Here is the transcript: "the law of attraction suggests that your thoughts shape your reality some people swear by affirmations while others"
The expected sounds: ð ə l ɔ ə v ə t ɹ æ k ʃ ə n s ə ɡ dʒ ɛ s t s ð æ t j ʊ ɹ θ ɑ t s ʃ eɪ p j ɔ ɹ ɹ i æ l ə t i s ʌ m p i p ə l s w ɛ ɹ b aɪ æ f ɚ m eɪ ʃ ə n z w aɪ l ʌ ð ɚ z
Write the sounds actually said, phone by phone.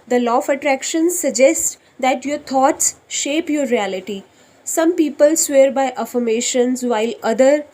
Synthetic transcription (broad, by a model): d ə l ɔ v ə t ɹ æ k ʃ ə n s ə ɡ dʒ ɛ s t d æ t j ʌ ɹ t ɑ t s ʃ eɪ p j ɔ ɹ ɹ i æ l ə t i s ʌ m p i p ə l s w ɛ ɹ b aɪ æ f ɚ m eɪ ʃ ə n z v aɪ l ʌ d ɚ